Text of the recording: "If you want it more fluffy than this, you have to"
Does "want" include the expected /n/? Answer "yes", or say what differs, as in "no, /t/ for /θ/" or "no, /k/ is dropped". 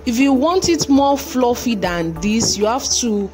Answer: yes